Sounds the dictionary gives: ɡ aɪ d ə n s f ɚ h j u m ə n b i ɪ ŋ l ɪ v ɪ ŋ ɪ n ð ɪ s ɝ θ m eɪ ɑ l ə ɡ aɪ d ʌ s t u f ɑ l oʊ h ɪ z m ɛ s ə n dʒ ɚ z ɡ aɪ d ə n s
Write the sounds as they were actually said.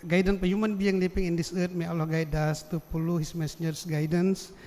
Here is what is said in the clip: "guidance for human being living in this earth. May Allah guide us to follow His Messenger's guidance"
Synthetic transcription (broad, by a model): ɡ aɪ d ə n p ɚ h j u m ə n b i ɪ ŋ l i p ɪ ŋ ɪ n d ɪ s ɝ t m eɪ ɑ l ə ɡ aɪ d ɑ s t u p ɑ l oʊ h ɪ s m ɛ s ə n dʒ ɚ s ɡ aɪ d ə n s